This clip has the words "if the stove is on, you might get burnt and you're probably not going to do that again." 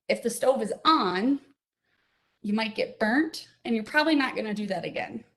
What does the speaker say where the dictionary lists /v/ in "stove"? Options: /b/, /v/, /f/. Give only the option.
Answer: /v/